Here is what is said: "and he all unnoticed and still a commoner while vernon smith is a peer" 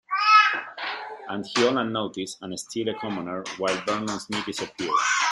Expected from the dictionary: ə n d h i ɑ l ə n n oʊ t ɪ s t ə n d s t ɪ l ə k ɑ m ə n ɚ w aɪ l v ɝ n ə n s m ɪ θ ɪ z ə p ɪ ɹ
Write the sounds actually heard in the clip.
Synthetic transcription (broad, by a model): ə n d h i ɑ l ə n n oʊ t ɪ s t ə n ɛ s t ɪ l ə k ɑ m ə n ɚ w aɪ l b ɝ n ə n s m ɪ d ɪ s ə p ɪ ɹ